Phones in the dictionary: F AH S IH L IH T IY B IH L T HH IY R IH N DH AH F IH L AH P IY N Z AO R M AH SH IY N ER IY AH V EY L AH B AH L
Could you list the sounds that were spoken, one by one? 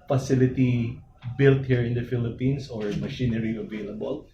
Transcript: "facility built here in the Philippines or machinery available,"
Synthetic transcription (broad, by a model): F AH S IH L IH T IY B IH L T HH IY R IH N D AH F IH L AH P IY N S AO R M AH SH IY N ER IY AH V EY L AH B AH L